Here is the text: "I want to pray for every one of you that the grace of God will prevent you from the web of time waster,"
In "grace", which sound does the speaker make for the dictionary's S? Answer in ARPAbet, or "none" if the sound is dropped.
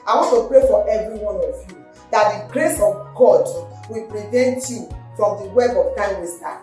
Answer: S